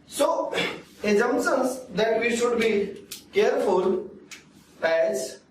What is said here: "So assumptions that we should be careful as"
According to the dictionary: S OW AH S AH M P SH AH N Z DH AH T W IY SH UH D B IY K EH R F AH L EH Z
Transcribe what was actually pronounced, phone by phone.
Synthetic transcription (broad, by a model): S OW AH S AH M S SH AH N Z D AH T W IY SH UH D B IY K EH R F AH L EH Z